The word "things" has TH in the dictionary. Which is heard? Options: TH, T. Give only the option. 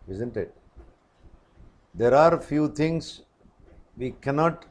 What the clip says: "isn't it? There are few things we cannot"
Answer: T